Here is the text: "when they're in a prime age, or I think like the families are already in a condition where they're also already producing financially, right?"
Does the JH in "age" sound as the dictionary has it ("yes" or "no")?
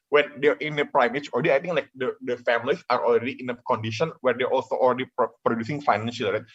no